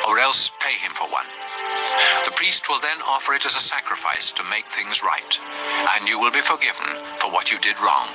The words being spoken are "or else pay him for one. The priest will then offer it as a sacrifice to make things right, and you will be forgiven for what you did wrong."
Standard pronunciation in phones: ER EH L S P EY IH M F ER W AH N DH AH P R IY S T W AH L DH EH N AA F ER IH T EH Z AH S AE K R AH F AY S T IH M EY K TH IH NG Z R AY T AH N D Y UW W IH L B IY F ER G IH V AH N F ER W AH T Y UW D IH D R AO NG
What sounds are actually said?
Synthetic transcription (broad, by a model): ER EH L S P EY IH M F ER W AH N DH AH P R IY S T W AH L DH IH N AA F ER IH T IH Z AH S AE K R AH F AY S T IH M EY K TH IH NG Z R AY T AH N Y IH W IH L B IY F ER G IH V AH N F ER W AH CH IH D IH D R AO NG